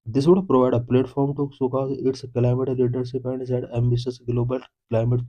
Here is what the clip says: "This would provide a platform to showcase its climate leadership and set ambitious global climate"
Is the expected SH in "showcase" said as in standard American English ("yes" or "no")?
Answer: no